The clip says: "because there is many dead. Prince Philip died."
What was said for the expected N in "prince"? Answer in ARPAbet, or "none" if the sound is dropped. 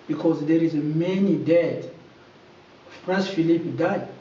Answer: none